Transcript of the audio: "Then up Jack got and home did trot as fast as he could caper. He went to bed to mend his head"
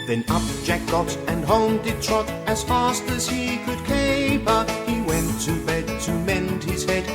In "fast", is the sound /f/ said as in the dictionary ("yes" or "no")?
yes